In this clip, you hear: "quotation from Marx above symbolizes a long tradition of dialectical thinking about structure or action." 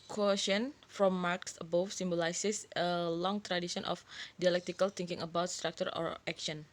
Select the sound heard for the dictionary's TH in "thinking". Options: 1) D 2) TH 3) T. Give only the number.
3